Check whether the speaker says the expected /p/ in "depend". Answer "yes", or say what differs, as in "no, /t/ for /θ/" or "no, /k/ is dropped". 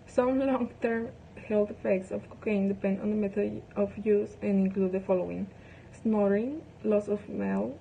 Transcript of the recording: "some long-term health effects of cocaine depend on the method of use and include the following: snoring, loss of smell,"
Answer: yes